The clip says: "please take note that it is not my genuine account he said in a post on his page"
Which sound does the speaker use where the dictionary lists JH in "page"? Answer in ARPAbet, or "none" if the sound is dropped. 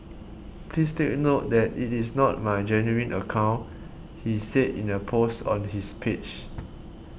CH